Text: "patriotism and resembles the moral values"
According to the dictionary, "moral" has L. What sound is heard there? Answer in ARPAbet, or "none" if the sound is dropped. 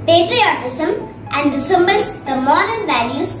N